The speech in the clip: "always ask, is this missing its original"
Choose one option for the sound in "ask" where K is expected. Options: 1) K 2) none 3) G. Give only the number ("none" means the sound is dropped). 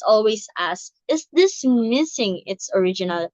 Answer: 2